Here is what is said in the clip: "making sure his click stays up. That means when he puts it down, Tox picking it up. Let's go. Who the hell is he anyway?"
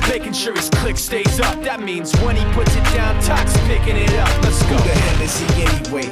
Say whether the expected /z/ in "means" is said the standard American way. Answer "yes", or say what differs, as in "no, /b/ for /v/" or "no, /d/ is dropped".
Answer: yes